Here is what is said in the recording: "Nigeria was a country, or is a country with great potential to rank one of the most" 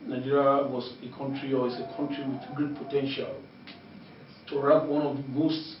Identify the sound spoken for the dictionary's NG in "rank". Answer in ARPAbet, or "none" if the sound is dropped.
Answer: none